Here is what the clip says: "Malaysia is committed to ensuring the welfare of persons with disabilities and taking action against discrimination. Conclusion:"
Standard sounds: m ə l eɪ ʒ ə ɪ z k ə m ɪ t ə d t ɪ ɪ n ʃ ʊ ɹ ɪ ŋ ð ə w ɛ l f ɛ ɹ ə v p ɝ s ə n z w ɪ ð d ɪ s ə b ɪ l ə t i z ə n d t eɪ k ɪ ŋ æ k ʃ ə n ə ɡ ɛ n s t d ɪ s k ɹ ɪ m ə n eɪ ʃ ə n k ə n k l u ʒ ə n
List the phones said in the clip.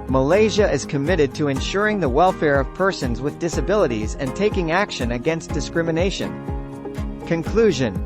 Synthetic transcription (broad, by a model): m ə l eɪ ʒ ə ɪ z k ə m ɪ t ə d t ɪ ɪ n ʃ ʊ ɹ ɪ ŋ ð ə w ɛ l f ɛ ɹ ə v p ɝ s ə n z w ɪ ð d ɪ s ə b ɪ l ə t i z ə n t eɪ k ɪ ŋ æ k ʃ ə n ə ɡ ɛ n s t d ɪ s k ɹ ɪ m ə n eɪ ʃ ə n k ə n k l u ʒ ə n